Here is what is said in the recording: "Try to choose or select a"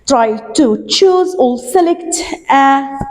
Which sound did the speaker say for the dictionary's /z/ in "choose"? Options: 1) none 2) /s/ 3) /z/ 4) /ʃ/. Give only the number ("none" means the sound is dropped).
3